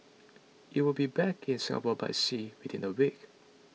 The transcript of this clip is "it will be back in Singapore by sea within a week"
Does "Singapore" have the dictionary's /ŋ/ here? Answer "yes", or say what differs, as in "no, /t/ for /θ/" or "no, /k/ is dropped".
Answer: no, /ŋ/ is dropped